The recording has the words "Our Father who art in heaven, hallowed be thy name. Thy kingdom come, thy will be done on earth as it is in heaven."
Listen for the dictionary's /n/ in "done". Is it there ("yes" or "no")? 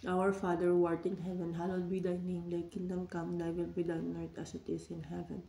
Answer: no